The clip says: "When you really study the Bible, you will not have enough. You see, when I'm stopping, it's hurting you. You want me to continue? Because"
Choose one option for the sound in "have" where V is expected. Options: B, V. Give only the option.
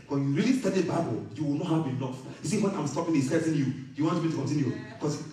B